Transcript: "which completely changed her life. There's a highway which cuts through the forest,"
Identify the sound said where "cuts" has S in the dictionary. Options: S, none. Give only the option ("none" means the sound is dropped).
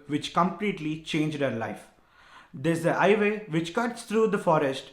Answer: S